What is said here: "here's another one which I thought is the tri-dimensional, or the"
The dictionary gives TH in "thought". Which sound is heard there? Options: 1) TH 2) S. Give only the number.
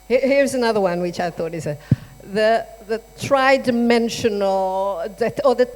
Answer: 1